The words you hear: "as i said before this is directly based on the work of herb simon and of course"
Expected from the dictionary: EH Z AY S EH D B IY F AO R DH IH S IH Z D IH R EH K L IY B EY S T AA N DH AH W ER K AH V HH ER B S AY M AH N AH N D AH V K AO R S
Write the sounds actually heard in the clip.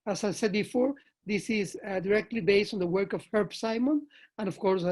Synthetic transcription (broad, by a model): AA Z AY S EH D B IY F AO R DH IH S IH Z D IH R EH K L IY B EY S T AA N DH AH W ER K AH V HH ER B S AY M AH N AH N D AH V K AO R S